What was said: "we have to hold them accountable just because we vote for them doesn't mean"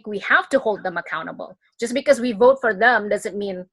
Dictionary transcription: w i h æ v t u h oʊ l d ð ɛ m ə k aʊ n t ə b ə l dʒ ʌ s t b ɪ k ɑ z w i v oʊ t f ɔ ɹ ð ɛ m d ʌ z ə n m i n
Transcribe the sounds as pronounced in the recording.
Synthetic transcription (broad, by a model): w i h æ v t u h oʊ l d ð ɛ m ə k aʊ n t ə b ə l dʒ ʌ s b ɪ k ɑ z w i v oʊ t f ɔ ɹ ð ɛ m d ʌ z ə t m i n